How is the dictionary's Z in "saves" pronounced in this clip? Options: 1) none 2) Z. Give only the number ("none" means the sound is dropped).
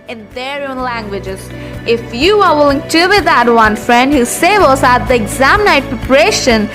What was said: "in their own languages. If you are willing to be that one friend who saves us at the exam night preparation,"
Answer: 1